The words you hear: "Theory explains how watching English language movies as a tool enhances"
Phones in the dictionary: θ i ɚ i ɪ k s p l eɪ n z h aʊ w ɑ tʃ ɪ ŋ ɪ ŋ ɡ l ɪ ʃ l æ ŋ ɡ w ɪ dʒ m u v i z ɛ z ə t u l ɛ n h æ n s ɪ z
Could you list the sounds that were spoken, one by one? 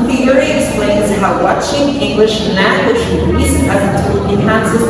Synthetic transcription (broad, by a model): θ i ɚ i ɪ k s p l eɪ n z h aʊ w ɑ tʃ ɪ ŋ ɪ ŋ ɡ l ɪ ʃ n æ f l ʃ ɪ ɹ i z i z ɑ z ə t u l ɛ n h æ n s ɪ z